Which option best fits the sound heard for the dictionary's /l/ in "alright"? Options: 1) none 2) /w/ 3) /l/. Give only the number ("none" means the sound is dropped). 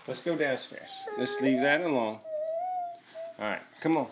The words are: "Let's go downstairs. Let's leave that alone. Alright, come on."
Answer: 1